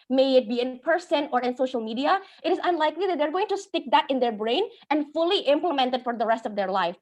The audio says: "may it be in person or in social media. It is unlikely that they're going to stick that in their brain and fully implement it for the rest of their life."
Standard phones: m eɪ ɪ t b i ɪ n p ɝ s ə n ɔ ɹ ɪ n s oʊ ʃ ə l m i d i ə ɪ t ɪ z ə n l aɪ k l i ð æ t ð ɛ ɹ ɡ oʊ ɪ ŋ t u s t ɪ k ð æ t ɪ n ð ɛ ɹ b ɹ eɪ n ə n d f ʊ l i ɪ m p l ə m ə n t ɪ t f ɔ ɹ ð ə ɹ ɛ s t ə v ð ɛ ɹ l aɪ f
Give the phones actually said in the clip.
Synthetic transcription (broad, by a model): m eɪ ɪ t b i ɪ n p ɝ s ə n ɔ ɹ ɪ n s oʊ ʃ ə l m i d i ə ɪ t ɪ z ə n l aɪ k l i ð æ t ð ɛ ɹ ɡ oʊ ɪ ŋ t u s t ɪ k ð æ t ɪ n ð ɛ ɹ b ɹ eɪ n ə n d f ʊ l i ɪ m p l ə m ə n t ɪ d f ɔ ɹ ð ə ɹ ɛ s t ə v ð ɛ ɹ l aɪ f